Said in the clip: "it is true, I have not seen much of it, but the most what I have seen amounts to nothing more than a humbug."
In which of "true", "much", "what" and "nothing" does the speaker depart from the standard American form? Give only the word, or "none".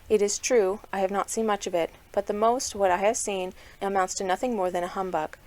none